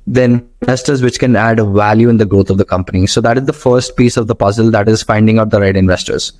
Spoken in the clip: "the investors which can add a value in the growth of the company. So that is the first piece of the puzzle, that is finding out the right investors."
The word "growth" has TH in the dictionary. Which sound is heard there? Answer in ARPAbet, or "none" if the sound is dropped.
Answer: T